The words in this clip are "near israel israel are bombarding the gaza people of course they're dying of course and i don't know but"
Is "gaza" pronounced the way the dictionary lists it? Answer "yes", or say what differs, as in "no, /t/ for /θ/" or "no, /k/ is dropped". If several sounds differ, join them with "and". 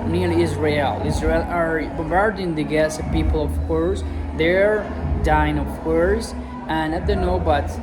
no, /s/ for /z/